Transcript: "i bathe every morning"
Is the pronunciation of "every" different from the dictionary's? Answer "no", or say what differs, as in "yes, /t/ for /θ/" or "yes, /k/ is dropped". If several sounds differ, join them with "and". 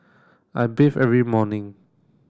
no